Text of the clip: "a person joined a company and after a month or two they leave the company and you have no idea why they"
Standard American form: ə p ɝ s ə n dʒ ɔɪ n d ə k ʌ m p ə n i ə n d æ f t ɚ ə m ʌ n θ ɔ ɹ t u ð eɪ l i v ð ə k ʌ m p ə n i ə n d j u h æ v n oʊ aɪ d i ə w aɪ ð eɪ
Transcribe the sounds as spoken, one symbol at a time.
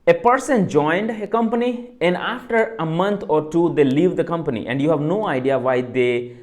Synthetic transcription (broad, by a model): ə p ɝ s ə n dʒ ɔɪ n d ə k ʌ m p ə n i ə n d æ f t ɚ ə m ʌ n t ɔ ɹ t u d eɪ l i v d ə k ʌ m p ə n i ə n d j u h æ v n oʊ aɪ d i ə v aɪ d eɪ